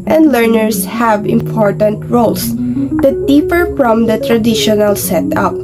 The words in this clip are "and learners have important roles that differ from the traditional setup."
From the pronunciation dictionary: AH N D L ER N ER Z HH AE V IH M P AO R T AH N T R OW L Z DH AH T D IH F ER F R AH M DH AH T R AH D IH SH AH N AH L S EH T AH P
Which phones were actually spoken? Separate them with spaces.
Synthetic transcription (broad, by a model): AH N D L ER N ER S HH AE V IH M P AO R T AH N T R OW L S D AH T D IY P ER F R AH M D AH T R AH D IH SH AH N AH L S EH T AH P